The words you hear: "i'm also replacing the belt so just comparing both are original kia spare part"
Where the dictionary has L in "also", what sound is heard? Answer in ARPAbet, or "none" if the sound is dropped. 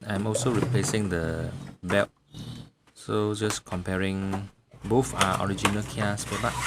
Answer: L